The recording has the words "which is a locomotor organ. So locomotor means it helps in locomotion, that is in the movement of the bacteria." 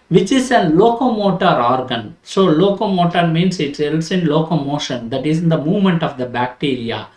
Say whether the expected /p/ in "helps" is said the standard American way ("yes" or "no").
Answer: no